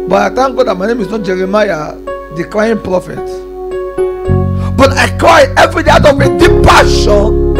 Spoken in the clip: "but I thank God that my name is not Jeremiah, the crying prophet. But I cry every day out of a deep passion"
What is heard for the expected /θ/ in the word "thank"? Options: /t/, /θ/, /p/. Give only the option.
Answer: /t/